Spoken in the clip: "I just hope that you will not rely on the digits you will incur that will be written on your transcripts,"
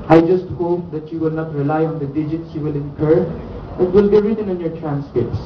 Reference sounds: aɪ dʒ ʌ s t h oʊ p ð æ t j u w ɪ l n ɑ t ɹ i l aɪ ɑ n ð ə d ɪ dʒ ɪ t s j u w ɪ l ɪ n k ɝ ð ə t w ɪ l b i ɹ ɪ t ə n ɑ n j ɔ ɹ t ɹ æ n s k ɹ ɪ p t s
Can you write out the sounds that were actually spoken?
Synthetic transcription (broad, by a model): aɪ dʒ ʌ s t h oʊ p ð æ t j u w ɪ l n ɑ t ɹ i l aɪ ɑ n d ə d ɪ dʒ ɪ t s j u w ɪ l ɪ n k ɝ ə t w ɪ l b i ɹ ɪ t ə n ɑ n j ɔ ɹ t ɹ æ n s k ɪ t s